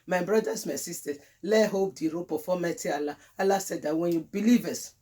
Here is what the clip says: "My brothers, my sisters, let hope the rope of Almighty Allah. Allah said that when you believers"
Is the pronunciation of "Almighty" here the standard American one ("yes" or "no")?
no